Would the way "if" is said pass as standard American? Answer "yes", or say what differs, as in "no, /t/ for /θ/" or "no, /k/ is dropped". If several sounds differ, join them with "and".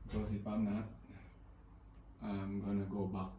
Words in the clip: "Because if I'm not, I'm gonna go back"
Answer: no, /p/ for /f/